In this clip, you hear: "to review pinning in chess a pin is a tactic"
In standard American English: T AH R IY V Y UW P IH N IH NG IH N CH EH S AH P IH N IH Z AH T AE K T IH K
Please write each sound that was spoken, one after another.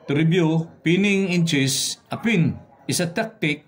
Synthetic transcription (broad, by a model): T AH R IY B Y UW P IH N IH NG IH N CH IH S AH P IH N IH S AH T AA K T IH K